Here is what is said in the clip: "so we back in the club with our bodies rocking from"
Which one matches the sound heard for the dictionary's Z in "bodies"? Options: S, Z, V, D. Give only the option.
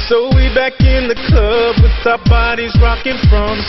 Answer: Z